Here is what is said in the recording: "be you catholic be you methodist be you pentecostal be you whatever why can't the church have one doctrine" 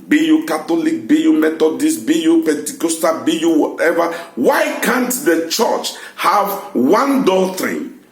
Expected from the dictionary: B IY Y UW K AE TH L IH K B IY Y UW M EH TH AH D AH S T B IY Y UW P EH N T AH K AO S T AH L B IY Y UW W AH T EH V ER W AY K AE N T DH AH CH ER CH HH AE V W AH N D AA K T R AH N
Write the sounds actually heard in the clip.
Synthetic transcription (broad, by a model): B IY Y UW K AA T L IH K B IY Y UW M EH T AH D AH S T B IY Y UW P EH N T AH K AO S T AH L B IY Y UW W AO T EH V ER W AY K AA N T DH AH CH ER CH HH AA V W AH N D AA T R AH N